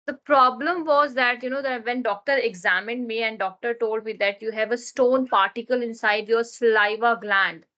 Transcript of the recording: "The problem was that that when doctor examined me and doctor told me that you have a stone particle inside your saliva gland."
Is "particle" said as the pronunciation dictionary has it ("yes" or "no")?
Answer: yes